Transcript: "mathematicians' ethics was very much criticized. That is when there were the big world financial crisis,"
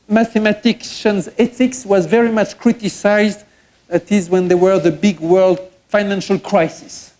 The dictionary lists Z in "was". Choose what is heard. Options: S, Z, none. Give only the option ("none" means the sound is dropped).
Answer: Z